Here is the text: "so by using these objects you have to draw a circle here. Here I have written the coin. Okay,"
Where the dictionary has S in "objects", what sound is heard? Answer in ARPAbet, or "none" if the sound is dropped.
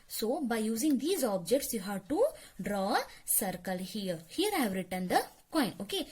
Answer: S